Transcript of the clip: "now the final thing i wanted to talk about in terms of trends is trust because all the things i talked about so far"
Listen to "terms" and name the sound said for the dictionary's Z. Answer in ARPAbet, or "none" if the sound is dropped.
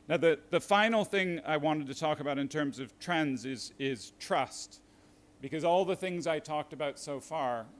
Z